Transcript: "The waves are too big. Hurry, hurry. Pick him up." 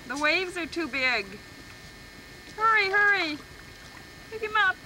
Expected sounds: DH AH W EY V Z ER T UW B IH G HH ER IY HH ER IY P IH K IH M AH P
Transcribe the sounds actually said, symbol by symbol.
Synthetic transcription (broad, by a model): DH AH W EY V Z ER T UW B IH G HH ER IY HH ER IY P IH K IH M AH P